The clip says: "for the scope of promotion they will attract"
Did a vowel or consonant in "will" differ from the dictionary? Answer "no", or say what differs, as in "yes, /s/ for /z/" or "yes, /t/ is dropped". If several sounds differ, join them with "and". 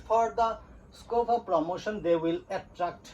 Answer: no